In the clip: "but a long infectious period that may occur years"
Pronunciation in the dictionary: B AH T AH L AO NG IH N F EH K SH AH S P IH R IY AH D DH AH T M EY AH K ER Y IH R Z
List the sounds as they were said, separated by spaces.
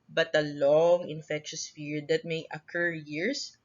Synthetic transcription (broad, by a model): B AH T AH L AO NG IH N F EH K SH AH S F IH R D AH T M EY AH K ER Y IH R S